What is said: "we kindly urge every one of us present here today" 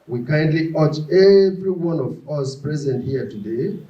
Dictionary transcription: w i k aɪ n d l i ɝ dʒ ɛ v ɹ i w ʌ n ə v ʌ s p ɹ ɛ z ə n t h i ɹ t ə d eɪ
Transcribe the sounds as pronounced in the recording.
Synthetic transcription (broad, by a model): w i k aɪ n d l i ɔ tʃ ɛ v ɹ i w ʌ n ə v ʌ s p ɹ ɛ z ə n t h i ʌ t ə d eɪ